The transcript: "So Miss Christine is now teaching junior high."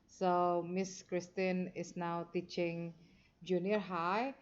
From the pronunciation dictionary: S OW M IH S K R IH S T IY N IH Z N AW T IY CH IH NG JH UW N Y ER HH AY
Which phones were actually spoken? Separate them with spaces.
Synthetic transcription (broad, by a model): S OW M IH S K R IH S T IY N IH S N AW T IY CH IH NG JH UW N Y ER HH AY